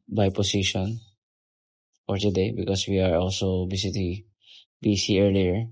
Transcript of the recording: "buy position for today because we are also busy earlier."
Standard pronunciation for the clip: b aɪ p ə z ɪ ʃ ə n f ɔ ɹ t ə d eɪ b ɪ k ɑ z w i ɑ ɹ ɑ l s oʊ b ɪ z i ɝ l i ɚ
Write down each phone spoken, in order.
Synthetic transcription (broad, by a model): b aɪ p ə s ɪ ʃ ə n f ɔ ɹ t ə d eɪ b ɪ k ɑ s w i ɑ ɹ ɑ l s oʊ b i s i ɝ l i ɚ